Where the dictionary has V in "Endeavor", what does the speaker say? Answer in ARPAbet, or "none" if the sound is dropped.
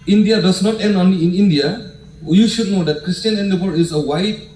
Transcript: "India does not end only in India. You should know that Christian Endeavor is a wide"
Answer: B